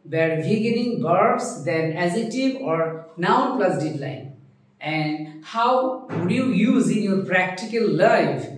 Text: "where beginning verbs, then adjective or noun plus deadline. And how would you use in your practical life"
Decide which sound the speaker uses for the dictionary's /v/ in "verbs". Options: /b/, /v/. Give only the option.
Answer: /b/